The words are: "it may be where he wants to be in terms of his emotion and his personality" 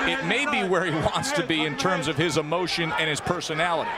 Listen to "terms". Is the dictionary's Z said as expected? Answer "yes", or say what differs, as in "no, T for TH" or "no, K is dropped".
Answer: yes